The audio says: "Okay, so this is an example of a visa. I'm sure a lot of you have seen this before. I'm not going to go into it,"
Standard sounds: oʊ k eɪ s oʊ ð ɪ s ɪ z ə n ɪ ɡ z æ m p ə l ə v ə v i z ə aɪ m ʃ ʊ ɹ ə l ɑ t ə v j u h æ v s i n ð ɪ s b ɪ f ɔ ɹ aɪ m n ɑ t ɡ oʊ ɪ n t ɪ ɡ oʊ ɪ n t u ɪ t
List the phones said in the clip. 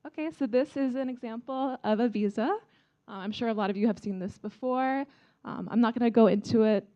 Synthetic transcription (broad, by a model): oʊ k eɪ s oʊ ð ɪ s ɪ z ə n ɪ ɡ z æ m p l ə v ə v i z ə aɪ m ʃ ʊ ɹ ə l ɑ t ə v j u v s i n ð ɪ s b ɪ f ɔ ɹ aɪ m n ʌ t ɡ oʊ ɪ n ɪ ɡ oʊ ɪ n t u ɪ t